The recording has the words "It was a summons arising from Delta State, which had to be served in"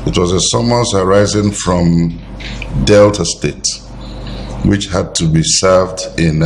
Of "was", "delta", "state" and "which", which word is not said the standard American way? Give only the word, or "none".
none